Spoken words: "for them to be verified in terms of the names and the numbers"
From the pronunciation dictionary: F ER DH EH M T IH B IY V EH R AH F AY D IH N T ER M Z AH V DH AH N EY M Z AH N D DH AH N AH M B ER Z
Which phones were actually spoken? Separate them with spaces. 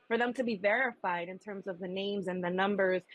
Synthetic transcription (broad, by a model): F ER DH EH M T IH B IY V EH R AH F AY D IH N T ER M Z AH V DH AH N EY M Z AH N DH AH N AH M B ER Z